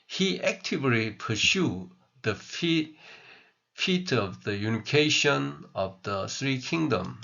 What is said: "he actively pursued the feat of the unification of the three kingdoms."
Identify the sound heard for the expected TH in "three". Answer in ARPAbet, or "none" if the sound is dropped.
S